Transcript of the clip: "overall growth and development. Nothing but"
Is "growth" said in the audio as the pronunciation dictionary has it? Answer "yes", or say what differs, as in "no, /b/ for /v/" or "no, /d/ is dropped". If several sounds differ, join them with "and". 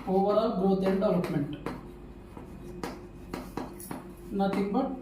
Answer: no, /t/ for /θ/